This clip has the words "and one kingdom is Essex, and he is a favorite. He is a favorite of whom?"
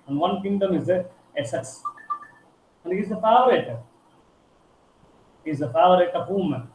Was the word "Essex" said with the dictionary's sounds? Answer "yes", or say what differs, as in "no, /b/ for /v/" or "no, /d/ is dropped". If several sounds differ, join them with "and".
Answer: no, /k/ is dropped